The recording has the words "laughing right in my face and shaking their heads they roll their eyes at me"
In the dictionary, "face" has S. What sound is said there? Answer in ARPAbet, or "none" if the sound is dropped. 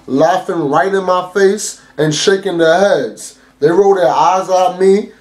S